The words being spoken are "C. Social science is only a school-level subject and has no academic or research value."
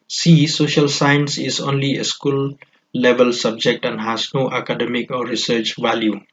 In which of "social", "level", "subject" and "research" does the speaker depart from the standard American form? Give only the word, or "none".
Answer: none